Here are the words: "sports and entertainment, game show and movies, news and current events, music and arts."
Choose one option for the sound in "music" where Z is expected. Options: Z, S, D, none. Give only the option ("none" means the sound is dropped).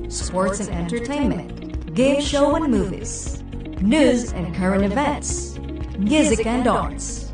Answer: Z